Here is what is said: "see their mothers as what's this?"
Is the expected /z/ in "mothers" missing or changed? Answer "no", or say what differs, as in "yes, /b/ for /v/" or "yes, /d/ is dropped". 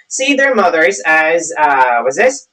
no